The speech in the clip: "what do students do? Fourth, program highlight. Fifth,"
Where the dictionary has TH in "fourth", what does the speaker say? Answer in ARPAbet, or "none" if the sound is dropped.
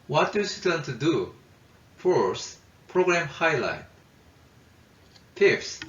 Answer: S